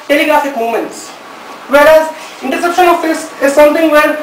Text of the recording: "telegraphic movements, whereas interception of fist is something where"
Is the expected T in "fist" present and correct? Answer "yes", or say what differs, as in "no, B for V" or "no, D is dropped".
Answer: no, T is dropped